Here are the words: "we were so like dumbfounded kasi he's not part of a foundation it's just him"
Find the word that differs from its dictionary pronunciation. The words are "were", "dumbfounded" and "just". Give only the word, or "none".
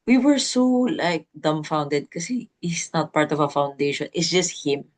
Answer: none